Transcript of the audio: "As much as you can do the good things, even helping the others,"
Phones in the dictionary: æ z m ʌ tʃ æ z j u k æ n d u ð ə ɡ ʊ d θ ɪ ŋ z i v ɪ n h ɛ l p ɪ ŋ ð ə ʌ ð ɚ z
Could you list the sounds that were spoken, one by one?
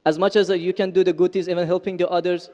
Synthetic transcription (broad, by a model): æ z m ʌ tʃ æ z j u k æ n d u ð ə ɡ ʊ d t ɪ z i v ɪ n h ɛ l p ɪ ŋ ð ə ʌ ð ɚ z